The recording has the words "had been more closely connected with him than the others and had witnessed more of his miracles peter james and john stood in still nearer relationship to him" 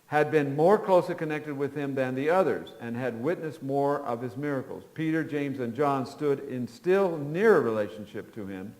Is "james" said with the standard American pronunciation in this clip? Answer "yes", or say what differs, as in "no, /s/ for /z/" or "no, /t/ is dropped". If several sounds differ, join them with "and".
yes